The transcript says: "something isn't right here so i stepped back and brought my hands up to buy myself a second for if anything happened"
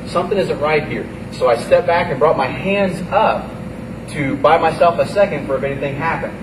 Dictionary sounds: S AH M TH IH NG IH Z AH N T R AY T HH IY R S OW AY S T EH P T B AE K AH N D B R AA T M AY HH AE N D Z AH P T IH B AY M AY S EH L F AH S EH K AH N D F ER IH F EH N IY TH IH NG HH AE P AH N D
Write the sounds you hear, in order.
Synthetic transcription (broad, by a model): S AH M TH IH NG IH Z AH N T R AY T HH IY R S OW AY S T EH P B AE K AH N B R AA T M AY HH AE N D Z AH P T IH B AY M AY S EH L F AH S EH K AH N D F ER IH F EH N IY TH IH NG HH AE P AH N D